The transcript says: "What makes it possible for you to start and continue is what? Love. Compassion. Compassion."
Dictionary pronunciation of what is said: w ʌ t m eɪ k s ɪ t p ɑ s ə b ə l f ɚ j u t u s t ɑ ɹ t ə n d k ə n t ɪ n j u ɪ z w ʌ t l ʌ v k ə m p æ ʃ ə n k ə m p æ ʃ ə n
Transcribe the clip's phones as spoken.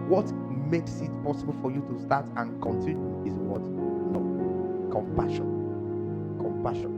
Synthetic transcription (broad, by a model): w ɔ t m eɪ k s ɪ t p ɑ s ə b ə l f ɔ j u t u s t ɑ t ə n k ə n t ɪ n j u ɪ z w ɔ t n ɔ k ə m p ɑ ʃ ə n k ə m p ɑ ʃ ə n